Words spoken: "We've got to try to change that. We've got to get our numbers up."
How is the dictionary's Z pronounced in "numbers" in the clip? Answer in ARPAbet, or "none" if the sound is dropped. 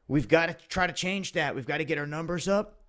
Z